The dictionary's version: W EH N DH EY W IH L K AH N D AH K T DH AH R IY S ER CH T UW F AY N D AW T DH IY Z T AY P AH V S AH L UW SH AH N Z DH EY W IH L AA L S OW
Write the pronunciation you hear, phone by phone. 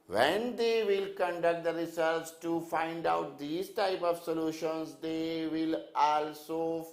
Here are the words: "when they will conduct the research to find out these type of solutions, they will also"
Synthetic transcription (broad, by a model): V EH N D EY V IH L K AH N D AH K T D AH R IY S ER S T UW F AY N D AW T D IY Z T AY P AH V S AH L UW SH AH N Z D EY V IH L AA L S OW